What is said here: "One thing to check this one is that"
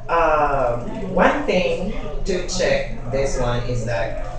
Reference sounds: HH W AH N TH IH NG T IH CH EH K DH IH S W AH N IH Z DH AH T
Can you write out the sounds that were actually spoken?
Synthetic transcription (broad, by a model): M W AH N TH IH NG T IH CH EH K DH IH S W AH N IH Z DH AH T